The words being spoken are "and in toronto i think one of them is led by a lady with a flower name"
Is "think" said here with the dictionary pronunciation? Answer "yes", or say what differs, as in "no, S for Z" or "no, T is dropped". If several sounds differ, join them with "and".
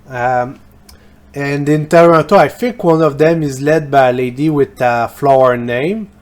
no, F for TH